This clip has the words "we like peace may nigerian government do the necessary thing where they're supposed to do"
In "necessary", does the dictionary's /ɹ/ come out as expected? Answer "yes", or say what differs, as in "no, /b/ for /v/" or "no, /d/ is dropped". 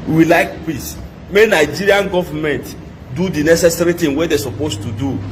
yes